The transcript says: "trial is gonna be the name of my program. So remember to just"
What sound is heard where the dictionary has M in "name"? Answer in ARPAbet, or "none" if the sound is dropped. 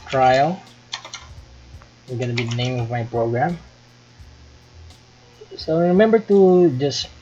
M